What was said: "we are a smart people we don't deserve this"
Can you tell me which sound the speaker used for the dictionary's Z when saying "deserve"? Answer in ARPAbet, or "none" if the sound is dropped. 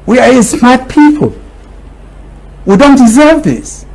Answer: Z